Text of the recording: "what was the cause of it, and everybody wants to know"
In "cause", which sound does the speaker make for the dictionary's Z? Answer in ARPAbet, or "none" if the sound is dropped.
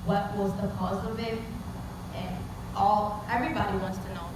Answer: Z